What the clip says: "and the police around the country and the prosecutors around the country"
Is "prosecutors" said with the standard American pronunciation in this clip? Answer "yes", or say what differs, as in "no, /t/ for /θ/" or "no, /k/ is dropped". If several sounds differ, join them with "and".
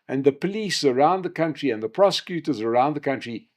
yes